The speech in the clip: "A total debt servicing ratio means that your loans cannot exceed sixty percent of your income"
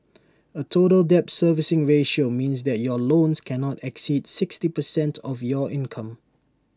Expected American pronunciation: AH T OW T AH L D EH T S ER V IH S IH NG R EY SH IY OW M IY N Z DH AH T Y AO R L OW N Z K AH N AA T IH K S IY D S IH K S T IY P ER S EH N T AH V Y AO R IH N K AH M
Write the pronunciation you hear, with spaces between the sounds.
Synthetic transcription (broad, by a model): AH T OW T AH L D EH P S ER V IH S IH NG R EY SH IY OW M IY N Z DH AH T Y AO L OW N S K AH N AA T IH K S IY D S IH K S T IY P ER S EH N T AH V Y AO IH N K AH M